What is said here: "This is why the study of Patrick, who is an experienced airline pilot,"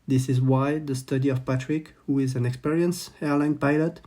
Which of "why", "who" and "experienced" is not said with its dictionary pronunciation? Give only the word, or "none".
experienced